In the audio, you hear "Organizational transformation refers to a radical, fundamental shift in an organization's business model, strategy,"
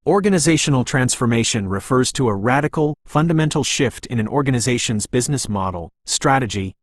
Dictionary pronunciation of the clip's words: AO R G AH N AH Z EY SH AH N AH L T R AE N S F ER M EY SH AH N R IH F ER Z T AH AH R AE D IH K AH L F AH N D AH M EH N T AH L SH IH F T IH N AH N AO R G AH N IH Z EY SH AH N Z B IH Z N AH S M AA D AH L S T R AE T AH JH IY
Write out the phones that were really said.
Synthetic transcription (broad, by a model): AO R G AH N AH Z EY SH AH N L T R AE N S F ER M EY SH AH N R IH F ER Z T AH AH R AE D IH K L F AH N D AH M EH N T L SH IH F T IH N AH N AO R G AH N IH Z EY SH AH N Z B IH Z N AH S M AA D L S T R AE T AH JH IY